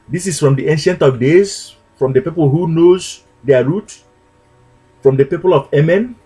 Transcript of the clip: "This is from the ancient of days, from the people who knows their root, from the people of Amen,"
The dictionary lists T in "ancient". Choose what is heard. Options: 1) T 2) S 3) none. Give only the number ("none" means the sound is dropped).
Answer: 1